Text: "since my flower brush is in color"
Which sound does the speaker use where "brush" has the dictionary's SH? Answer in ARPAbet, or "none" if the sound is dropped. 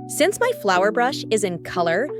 SH